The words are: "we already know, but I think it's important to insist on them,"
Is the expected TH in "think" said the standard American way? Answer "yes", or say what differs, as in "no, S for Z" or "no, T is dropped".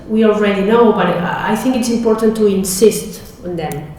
yes